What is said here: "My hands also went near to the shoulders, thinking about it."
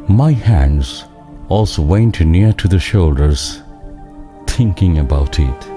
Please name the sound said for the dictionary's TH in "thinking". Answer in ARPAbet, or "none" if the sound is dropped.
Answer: T